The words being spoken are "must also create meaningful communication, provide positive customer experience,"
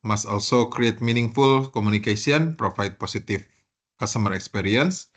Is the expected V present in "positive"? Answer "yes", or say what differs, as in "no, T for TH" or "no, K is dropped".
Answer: no, F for V